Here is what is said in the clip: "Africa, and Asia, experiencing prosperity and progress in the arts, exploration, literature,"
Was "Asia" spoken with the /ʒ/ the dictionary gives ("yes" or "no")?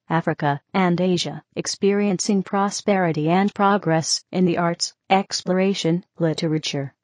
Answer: yes